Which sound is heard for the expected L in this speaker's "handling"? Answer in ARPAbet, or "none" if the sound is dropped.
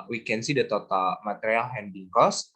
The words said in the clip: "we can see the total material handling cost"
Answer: none